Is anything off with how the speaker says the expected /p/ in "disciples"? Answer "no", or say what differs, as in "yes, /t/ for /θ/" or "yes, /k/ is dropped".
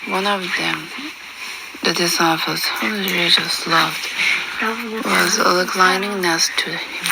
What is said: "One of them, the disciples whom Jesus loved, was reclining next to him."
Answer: yes, /f/ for /p/